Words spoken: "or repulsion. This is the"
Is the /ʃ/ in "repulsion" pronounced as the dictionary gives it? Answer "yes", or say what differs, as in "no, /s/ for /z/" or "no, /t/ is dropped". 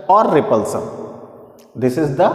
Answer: no, /s/ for /ʃ/